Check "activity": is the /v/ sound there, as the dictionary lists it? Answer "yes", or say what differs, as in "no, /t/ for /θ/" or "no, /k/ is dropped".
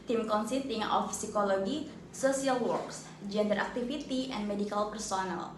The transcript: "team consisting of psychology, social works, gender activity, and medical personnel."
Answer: no, /f/ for /v/